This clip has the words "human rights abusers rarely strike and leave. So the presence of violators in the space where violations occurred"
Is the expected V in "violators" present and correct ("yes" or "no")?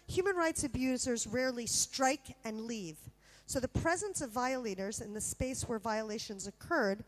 yes